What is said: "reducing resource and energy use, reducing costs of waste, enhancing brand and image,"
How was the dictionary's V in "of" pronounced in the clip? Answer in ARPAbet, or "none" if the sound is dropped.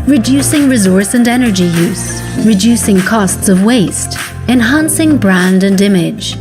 V